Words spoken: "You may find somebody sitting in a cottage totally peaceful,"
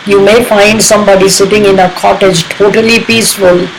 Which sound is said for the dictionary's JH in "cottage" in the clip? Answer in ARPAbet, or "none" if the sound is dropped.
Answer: JH